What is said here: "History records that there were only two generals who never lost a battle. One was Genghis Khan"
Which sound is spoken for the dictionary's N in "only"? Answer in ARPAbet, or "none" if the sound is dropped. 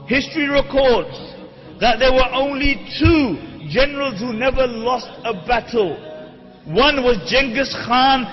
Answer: N